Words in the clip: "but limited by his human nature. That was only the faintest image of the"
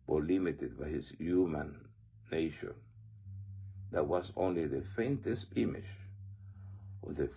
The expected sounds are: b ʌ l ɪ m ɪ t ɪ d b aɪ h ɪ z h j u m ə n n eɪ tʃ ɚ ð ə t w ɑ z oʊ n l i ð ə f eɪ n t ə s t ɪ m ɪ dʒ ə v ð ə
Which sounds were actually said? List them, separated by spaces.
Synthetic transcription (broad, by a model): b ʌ l ɪ m ɪ t ɪ d b aɪ h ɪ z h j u m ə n n eɪ ʃ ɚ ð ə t w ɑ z oʊ n l i ð ə f eɪ n t ə s t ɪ m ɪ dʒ ə v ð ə